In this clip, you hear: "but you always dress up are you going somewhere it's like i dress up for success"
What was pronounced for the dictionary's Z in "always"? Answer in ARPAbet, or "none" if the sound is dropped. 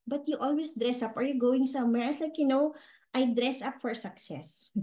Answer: S